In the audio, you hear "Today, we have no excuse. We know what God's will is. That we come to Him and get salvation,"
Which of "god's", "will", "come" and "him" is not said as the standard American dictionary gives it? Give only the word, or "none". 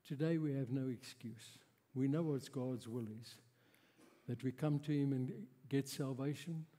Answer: none